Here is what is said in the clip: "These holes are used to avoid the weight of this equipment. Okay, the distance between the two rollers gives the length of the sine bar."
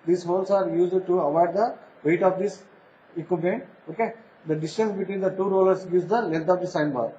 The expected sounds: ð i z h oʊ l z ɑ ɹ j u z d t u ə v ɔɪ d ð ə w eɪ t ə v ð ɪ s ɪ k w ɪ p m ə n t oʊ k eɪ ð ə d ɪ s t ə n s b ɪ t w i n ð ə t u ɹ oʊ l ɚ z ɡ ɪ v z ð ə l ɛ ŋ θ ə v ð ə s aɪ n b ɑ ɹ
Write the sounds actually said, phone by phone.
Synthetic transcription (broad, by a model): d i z h oʊ l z ɑ ɹ j u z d t u ə v ɔɪ d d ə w eɪ t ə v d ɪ s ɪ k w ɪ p ə n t oʊ k eɪ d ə d ɪ s t ə n s b ɪ t w i n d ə t u ɹ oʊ l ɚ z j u z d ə l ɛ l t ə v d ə s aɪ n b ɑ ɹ